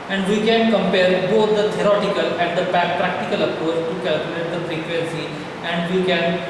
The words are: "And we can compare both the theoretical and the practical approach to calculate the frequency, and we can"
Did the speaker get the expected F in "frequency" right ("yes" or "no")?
no